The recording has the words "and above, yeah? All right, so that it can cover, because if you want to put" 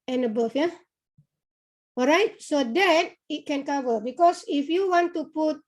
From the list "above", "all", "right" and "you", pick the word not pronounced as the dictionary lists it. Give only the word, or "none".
above